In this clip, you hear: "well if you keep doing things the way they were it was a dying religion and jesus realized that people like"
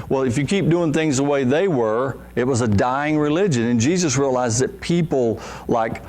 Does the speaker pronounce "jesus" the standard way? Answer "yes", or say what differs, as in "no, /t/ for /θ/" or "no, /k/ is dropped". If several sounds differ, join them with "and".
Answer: yes